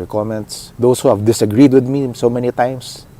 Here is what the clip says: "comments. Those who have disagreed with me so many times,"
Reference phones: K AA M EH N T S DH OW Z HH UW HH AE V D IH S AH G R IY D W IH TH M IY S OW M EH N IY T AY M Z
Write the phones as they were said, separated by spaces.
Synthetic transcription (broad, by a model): K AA M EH N T S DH OW S HH UW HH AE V D IH S AH G R IY D W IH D M IY S OW M EH N IY T AY M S